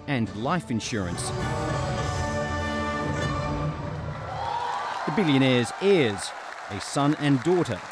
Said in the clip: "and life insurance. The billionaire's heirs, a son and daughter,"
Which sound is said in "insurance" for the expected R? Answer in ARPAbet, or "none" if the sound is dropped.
R